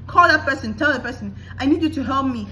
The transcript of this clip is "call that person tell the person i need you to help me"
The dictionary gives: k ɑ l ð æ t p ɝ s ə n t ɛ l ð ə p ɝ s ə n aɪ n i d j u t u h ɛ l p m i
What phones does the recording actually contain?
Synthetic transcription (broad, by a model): k ɑ l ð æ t p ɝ s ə n t ɛ l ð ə p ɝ s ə n aɪ n i d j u t u h ɛ l p m i